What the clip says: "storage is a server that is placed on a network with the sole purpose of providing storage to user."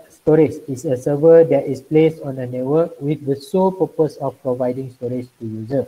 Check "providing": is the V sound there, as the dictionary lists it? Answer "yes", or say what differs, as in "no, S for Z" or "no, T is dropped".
yes